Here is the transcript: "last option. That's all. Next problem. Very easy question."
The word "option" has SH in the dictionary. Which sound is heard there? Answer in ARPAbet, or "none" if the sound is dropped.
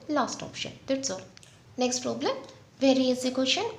SH